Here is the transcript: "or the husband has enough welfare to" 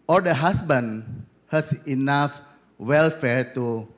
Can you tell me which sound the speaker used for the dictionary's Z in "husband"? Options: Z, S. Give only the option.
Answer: S